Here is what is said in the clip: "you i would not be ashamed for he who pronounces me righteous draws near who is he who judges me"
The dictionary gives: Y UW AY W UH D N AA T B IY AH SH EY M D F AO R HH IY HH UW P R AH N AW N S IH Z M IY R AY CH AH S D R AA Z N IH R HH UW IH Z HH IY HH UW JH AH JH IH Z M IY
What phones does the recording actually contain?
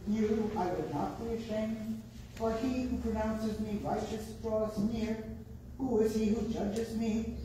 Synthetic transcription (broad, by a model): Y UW AY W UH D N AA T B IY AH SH EY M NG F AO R HH IY HH UW P R AH N AW N S IH Z M IY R AY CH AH S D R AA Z N IH R HH UW IH Z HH IY HH UW JH AH JH IH Z M IY